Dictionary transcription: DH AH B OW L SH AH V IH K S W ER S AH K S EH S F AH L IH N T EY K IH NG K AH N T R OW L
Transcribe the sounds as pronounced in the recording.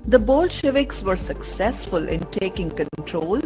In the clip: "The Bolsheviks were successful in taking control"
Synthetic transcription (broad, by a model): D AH B OW L SH AH V IH K S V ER S AH K S EH S F AH L IH N T EY K IH NG K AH N T R OW L